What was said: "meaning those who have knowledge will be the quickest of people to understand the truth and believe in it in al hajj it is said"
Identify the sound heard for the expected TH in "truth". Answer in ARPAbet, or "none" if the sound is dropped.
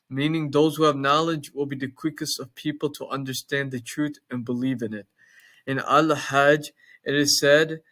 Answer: TH